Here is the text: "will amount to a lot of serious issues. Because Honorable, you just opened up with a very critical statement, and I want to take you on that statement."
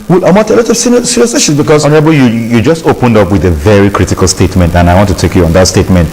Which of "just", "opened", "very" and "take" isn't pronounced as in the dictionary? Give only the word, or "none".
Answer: none